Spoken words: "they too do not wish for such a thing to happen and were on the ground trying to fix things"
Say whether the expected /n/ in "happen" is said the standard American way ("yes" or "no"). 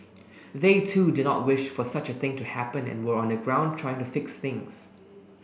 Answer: yes